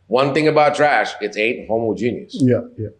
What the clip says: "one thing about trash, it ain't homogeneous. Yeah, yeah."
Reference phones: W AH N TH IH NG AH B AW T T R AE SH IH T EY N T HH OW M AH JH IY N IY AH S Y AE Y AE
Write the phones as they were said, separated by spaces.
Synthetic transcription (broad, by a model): W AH N TH IH NG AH B AW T T R AE SH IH T EY T HH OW M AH JH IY N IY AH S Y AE Y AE